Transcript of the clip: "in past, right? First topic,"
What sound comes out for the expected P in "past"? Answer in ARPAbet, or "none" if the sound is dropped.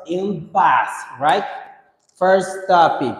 B